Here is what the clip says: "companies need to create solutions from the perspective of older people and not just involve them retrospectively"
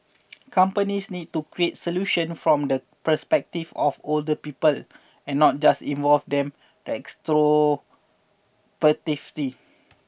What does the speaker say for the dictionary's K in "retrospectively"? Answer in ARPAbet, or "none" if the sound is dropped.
none